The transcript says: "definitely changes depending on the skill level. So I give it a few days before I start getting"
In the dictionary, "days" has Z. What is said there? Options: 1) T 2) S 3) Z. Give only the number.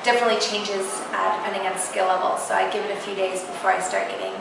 3